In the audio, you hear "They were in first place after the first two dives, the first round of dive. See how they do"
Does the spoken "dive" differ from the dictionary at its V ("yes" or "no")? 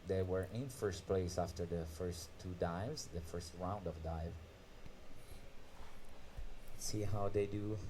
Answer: no